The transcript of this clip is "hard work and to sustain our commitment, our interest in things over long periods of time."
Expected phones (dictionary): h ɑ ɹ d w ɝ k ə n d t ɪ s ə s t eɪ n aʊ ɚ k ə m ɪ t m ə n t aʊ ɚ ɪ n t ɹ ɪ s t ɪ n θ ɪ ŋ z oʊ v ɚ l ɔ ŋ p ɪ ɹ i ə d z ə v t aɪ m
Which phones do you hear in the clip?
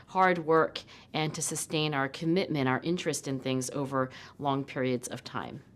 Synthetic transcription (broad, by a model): h ɑ ɹ d w ɝ k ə n t ɪ s ə s t eɪ n aʊ ɚ k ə m ɪ t m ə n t aʊ ɚ ɪ n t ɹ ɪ s t ɪ n θ ɪ ŋ z oʊ v ɚ l ɔ ŋ p ɪ ɹ i ə d z ə v t aɪ m